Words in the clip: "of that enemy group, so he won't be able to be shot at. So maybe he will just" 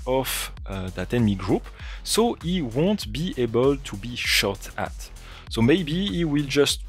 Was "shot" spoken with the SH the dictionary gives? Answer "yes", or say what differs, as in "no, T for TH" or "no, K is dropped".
yes